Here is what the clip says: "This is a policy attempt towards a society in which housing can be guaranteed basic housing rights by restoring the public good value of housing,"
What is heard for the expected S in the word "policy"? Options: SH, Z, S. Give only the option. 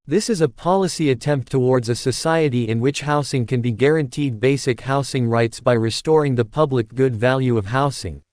S